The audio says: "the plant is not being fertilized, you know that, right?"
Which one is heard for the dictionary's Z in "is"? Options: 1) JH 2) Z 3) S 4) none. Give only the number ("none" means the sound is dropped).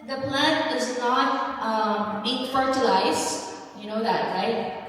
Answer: 2